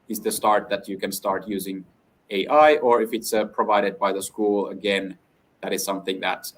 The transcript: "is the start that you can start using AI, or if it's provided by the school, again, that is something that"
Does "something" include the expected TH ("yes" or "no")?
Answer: yes